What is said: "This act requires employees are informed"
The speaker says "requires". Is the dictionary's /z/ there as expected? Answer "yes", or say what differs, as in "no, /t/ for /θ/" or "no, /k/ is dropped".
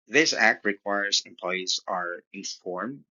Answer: yes